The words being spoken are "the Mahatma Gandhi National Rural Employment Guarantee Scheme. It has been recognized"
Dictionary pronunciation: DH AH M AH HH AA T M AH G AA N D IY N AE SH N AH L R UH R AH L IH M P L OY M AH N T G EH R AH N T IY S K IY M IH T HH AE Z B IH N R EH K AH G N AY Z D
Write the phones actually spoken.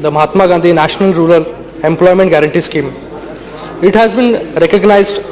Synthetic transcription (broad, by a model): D AH M AH HH AA T M AH G AA N D IY N AE SH N AH L R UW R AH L IH M P L OY M AH N T G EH R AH N T IY S K IY M IH T HH AE Z B IH N R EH K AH G N AY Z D